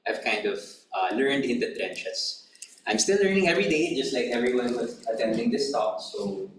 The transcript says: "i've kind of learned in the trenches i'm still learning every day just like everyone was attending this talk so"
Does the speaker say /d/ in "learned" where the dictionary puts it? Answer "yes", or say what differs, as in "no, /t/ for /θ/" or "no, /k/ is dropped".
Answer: yes